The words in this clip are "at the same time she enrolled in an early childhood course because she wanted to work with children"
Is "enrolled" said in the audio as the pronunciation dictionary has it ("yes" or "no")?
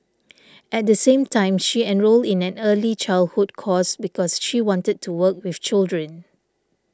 yes